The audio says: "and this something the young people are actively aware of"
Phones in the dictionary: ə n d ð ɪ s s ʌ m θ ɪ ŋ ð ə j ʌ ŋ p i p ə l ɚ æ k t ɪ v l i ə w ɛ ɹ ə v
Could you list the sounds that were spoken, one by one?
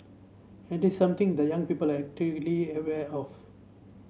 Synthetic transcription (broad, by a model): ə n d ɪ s s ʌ m t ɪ ŋ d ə j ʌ ŋ p i p ə l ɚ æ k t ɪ l i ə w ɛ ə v